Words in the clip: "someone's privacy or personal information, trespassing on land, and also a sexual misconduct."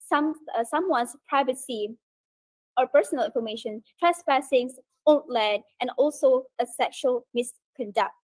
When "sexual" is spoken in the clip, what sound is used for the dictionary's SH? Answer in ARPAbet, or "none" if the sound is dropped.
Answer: SH